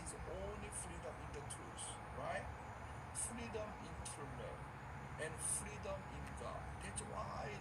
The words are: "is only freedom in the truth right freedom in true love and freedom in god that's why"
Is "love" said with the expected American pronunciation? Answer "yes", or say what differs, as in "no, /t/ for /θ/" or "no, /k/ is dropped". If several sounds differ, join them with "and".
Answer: no, /n/ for /l/